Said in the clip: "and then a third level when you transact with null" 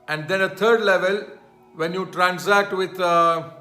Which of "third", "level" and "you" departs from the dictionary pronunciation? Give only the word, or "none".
third